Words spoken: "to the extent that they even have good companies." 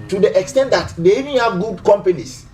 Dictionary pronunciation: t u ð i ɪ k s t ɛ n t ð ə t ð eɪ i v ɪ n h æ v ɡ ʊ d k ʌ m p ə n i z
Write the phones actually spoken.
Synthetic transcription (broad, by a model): t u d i ɪ k s t ɛ n t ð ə t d eɪ i v ɪ n h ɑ v ɡ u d k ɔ m p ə n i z